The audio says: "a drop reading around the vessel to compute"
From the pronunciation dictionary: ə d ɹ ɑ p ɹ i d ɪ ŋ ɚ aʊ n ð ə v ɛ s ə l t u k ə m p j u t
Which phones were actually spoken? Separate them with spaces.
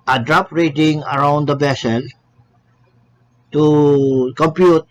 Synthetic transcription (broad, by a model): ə d ɹ ɑ p ɹ i d ɪ ŋ ɚ aʊ n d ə b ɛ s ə l t u k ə m p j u t